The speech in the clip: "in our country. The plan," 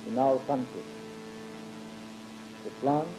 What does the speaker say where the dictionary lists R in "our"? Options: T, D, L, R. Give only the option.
L